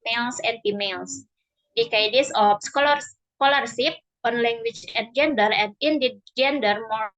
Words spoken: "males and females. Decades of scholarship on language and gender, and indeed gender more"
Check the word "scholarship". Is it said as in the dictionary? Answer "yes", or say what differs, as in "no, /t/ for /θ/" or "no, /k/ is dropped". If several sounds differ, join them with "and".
no, /s/ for /ʃ/